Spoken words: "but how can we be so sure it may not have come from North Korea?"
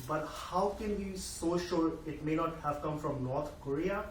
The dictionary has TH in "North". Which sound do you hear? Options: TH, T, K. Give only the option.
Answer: T